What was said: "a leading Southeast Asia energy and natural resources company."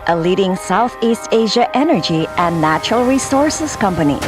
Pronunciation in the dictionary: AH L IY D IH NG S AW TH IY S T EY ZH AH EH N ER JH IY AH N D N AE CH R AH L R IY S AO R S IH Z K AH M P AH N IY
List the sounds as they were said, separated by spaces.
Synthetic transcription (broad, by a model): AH L IY D IH NG S AW TH IY S T EY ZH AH EH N ER JH IY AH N N AE CH R AH L R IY S AO R S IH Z K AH M P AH N IY